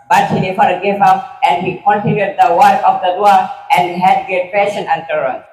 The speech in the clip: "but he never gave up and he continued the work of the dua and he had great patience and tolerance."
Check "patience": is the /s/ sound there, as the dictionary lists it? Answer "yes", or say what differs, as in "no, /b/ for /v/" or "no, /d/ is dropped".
no, /s/ is dropped